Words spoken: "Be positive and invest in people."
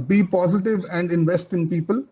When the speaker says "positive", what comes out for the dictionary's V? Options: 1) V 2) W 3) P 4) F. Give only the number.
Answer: 1